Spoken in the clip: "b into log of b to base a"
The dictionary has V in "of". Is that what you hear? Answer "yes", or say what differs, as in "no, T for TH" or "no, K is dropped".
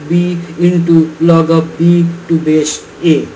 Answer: no, P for V